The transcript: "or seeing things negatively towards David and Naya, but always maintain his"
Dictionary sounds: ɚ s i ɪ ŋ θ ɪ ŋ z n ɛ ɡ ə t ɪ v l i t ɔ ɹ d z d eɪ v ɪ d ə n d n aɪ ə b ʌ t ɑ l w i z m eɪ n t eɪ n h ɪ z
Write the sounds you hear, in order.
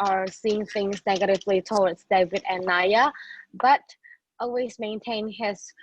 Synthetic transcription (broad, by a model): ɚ s i ɪ ŋ θ ɪ ŋ z n ɛ ɡ ə t ɪ v l i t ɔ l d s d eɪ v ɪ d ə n n aɪ ə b ʌ t ɑ l w i z m eɪ n t eɪ n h ɪ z